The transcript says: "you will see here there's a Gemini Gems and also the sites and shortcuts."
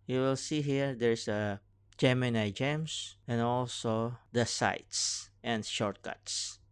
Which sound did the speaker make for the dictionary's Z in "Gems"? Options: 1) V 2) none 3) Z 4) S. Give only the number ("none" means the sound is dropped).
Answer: 4